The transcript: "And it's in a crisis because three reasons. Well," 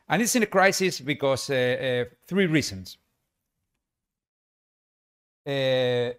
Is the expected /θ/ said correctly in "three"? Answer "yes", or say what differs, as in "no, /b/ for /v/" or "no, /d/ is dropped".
yes